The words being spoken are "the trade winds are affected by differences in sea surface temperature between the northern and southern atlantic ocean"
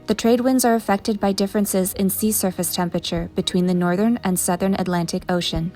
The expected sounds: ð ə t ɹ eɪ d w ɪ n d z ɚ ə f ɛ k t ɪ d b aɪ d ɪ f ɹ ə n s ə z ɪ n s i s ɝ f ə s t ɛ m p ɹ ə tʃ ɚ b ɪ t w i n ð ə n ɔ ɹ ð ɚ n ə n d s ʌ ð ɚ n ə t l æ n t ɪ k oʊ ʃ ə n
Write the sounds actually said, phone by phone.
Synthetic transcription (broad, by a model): ð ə t ɹ eɪ d w ɪ n d z ɚ ə f ɛ k t ɪ d b aɪ d ɪ f ɹ ə n s ə z ɪ n s i s ɝ f ə s t ɛ m p ɹ ə tʃ ɚ b ɪ t w i n ð ə n ɔ ɹ ð ɚ n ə n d s ʌ ð ɚ n ə t l æ n t ɪ k oʊ ʃ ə n